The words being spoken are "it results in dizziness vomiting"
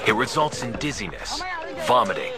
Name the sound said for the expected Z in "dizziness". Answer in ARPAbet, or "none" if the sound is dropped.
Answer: Z